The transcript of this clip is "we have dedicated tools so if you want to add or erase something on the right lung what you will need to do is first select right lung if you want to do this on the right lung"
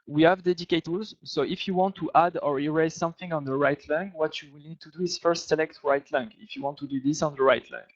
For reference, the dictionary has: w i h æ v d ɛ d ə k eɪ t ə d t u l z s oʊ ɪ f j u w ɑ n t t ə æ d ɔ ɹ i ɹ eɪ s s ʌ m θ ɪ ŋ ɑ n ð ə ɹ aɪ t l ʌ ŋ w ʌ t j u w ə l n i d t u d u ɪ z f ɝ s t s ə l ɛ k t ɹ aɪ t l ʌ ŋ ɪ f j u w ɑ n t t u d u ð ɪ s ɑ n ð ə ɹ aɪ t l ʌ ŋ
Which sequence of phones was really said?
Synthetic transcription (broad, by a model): w i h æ v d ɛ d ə k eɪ t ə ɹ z s oʊ ɪ f j u w ɑ n t t ə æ d ɔ ɹ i ɹ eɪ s s ʌ m θ ɪ ŋ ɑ n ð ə ɹ aɪ t l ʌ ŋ w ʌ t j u w ə l n i d t u d u ɪ z f ɝ s t s ə l ɛ k t ɹ aɪ t l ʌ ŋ ɪ f j u w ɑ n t t u d u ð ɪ s ɑ n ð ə ɹ aɪ t l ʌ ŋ